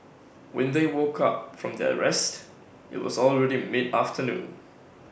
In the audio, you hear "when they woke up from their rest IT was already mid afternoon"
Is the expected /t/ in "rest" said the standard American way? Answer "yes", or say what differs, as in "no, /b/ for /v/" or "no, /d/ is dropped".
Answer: yes